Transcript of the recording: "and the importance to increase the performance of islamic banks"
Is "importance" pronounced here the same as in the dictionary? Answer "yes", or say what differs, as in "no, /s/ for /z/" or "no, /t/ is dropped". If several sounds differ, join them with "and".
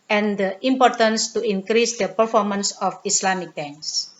yes